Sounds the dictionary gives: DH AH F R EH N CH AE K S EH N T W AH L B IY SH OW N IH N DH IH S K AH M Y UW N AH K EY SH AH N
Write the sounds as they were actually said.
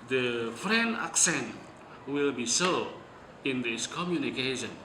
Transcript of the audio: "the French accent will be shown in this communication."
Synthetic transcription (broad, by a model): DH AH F R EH N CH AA K S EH N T W AH L B IY S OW IH N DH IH S K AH M Y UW N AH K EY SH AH N